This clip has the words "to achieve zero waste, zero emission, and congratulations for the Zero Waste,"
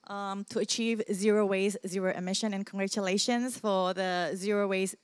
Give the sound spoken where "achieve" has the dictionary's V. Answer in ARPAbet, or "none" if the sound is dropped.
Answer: V